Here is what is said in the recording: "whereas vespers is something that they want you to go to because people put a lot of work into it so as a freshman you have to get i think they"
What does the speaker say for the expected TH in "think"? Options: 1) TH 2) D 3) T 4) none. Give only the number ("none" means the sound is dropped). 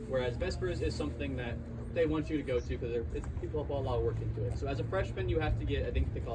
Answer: 1